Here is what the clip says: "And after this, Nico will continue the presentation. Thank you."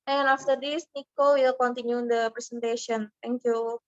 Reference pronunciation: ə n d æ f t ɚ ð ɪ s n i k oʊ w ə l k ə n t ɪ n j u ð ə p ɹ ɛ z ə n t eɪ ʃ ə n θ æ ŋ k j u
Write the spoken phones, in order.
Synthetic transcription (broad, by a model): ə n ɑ f t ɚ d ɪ s n i k oʊ w ə l k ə n t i n j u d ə p ɹ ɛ s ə n t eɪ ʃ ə n t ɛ ŋ k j u